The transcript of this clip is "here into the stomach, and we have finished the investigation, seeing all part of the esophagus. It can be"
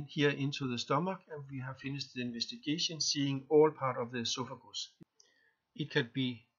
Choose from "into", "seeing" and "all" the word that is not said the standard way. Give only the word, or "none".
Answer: into